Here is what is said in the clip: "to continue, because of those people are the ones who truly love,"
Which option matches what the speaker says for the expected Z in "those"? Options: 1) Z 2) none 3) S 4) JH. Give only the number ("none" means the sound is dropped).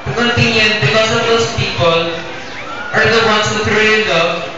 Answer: 3